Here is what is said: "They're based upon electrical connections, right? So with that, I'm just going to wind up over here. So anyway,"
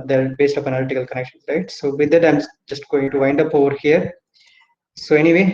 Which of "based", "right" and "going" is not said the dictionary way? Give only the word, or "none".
none